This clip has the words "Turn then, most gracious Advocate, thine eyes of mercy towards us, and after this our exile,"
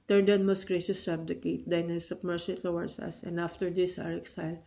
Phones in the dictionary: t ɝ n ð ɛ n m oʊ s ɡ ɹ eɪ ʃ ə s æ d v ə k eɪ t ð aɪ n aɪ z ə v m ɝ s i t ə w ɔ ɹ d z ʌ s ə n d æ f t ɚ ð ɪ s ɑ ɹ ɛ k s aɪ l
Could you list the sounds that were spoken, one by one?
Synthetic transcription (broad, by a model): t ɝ n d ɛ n m oʊ s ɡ ɹ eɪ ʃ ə s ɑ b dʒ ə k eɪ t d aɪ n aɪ s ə p m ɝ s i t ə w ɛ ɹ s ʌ s ə n d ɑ f t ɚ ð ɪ s ɑ ɹ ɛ k s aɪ l